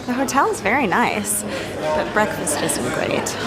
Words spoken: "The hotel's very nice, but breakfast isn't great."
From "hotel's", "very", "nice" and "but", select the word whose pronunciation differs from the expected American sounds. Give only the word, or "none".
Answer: none